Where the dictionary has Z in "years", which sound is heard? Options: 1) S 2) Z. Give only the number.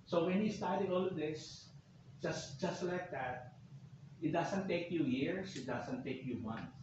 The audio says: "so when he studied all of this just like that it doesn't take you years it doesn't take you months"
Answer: 1